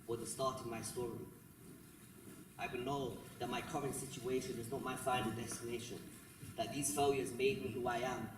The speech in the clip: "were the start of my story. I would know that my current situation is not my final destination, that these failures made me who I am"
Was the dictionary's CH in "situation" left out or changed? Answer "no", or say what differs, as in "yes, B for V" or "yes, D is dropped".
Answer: no